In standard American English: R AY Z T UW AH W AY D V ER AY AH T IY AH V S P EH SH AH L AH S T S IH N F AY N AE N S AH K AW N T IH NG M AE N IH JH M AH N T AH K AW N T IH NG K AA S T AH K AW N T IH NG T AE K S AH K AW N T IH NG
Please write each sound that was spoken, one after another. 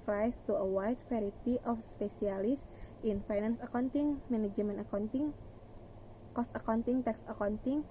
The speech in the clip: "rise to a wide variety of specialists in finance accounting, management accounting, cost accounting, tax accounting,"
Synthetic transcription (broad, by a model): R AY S T UW AH W AY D F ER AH T IY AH F S P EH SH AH L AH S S IH N F AY N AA N S AH K AW N T IH NG M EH N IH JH M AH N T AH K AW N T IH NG K AA S T AH K AW N T IH NG T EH K S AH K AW N T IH NG